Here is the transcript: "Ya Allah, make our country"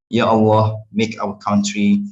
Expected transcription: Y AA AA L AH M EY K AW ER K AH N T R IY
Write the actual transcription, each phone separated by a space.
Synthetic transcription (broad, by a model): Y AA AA W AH M EY K AW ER K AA N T R IY